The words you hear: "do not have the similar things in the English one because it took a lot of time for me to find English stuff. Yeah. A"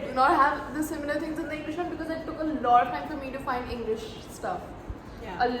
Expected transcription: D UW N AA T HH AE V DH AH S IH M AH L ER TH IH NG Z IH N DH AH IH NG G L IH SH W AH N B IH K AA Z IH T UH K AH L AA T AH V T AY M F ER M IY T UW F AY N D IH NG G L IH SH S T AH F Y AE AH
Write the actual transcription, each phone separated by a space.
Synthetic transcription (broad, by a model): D N AA T HH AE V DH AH S IH M AH L ER T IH NG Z IH N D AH IH NG G L IH SH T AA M B IH K AA Z IH T UH K AH L AA T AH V T AY M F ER M IY T UW F AY N D IH NG G L IH SH S T AH F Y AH